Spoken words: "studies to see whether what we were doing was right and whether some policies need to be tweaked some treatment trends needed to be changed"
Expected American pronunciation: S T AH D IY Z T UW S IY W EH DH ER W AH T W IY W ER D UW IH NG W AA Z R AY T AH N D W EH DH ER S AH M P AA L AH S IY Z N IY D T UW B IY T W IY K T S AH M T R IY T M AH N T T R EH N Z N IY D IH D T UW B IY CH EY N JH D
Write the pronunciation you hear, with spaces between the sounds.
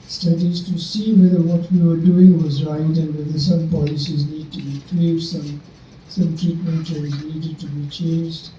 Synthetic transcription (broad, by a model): S T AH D IY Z T UW S IY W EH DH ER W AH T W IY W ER D UW IH NG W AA Z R AY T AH N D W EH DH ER S AH M P AA L AH S IY Z N IY D T UW B IY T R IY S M S AH M T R IY T M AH N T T EH Z N IY D IH D T UW B IY CH EY N JH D